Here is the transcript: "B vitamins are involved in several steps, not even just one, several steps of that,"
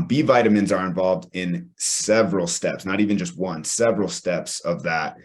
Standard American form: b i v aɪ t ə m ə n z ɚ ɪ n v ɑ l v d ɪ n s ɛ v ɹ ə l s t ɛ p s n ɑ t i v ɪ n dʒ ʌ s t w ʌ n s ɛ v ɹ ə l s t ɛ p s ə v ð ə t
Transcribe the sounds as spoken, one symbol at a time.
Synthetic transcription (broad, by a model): b i v aɪ t ə m ə n z ɚ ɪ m v ɑ l v d ɪ n s ɛ v ɹ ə l s t ɛ p s n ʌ t i v ɪ n dʒ ʌ s t w ʌ n s ɛ v ɹ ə l s t ɛ p s ə v ð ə t